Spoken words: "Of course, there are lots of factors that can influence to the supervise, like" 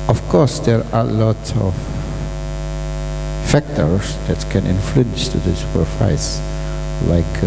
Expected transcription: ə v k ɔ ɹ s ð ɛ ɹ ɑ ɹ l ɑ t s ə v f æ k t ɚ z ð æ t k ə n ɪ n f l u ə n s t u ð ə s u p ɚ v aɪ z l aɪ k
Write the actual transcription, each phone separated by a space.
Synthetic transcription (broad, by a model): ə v k ɔ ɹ s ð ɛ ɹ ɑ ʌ l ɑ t ə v f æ k t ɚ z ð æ t k ə n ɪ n f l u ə n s t u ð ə s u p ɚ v aɪ s l aɪ k